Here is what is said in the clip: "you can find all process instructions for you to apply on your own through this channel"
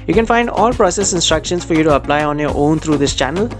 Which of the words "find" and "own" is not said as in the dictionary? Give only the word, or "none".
none